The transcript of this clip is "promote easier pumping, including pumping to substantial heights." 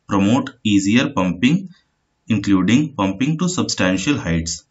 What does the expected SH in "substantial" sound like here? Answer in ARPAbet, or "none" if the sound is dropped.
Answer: SH